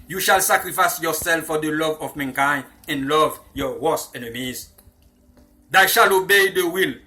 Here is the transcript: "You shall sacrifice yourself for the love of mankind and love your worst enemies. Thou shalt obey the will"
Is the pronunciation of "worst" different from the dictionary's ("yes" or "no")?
yes